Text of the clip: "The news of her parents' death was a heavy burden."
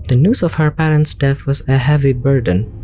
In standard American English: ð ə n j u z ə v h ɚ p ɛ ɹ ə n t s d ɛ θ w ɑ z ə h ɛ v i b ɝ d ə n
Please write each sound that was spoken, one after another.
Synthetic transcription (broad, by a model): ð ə n j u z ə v h ɚ p ɛ ɹ ə n t s d ɛ θ w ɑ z ə h ɛ v i b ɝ d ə n